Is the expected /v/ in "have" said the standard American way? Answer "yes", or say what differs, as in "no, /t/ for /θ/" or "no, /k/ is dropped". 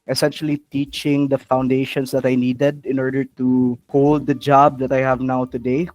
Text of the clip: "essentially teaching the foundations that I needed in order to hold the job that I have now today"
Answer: yes